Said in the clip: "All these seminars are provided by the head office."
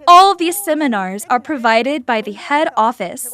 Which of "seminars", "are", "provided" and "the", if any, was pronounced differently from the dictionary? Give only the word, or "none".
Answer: none